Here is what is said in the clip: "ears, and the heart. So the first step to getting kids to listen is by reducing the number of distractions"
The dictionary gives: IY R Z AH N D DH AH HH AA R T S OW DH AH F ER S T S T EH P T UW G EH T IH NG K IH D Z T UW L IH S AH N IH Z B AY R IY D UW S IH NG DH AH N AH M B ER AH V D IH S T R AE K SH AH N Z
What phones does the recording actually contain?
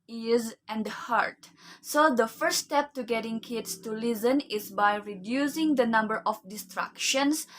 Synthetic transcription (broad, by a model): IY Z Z AH N D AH HH AA R T S OW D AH F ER T S T EH P T UW G EH T IH NG K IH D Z T UW L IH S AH N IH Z B AY R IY D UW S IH NG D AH N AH M B ER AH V D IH S T R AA K SH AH N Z